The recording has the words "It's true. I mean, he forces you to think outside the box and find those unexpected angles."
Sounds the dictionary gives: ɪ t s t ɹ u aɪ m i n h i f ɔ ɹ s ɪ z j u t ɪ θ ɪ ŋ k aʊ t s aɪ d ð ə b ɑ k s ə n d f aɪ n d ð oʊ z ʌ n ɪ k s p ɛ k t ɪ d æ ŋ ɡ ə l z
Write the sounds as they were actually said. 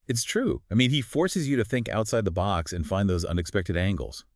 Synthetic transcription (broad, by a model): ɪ t s t ɹ u aɪ m i n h i f ɔ ɹ s ɪ z j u t ɪ θ ɪ ŋ k aʊ t s aɪ d ð ə b ɑ k s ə n f aɪ n ð oʊ z ʌ n ɪ k s p ɛ k t ɪ d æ ŋ ɡ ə l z